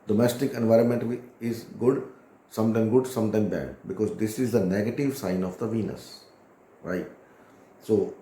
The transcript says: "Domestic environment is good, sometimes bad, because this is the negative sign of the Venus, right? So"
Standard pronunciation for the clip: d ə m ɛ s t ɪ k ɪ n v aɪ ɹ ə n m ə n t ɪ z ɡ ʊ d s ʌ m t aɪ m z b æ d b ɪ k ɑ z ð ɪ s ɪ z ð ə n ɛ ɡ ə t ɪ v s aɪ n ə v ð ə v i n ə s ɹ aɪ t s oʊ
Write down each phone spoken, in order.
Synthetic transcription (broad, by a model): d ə m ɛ s t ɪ k ɪ n v aɪ ɹ ə n m ə n t ɪ z ɡ ʊ d s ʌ m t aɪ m s b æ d b ɪ k ɑ z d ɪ s ɪ z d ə n ɛ ɡ ə t ɪ v s aɪ n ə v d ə v i n ə s ɹ aɪ t s oʊ